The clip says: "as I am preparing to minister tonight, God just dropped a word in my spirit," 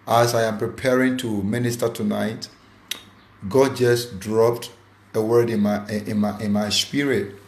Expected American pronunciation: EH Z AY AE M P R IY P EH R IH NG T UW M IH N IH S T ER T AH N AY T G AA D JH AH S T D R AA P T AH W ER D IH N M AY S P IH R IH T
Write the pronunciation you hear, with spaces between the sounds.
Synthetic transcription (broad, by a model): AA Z AY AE M P R IY P EH R IH NG T UW M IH N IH S T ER T AH N AY T G AA D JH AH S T D R AA P T AH W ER D IH N M AY S P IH R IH T